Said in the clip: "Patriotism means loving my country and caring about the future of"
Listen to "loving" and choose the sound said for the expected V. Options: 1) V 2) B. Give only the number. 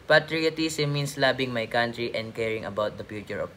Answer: 2